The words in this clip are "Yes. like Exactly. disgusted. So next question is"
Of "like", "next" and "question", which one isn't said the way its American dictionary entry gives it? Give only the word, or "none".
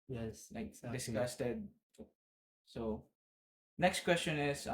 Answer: like